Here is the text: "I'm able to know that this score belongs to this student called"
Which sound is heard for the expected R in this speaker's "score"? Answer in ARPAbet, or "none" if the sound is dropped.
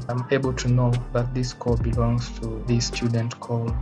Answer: L